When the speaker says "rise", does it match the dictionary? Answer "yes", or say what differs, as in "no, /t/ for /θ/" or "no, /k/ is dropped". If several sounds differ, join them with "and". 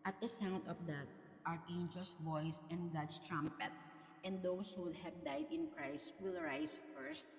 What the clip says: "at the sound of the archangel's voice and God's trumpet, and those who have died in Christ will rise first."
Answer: no, /s/ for /z/